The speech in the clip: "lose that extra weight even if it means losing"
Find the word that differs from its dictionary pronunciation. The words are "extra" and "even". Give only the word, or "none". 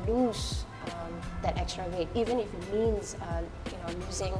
none